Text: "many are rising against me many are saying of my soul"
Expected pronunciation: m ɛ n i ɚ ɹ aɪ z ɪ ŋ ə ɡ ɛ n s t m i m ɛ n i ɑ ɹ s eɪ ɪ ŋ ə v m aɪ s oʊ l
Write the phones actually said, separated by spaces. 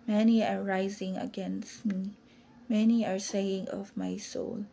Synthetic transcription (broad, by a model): m ɛ n i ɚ ɹ aɪ z ɪ ŋ ə ɡ ɛ n s t m i m ɛ n i ɑ ɹ s eɪ ɪ ŋ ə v m aɪ s oʊ l